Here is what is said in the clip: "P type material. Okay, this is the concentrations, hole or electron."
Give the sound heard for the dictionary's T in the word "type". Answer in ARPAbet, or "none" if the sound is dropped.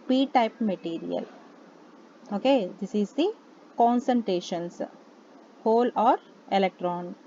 T